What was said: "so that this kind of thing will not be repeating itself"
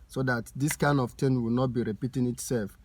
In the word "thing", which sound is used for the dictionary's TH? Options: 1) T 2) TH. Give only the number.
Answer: 1